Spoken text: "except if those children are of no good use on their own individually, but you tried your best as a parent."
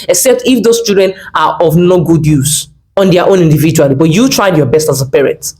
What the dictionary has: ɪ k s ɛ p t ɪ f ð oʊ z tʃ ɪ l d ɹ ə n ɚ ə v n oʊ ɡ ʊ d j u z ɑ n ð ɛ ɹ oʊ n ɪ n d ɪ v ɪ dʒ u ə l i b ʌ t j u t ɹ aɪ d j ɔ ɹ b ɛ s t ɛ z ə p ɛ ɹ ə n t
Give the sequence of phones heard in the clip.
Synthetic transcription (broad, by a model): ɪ k s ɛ p t ɪ f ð oʊ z tʃ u d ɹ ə n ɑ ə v n oʊ ɡ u d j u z ɑ n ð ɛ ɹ oʊ n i n d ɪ v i dʒ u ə l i b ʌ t j u t ɹ aɪ d j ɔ b ɛ s t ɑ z ə p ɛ ɹ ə n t